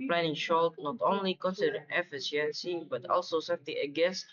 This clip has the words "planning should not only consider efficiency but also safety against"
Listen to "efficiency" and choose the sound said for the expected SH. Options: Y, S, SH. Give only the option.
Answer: S